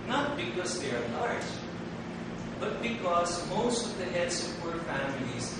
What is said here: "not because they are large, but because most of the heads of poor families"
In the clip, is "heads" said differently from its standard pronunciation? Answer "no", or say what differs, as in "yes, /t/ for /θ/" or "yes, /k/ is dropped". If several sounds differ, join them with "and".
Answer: yes, /s/ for /z/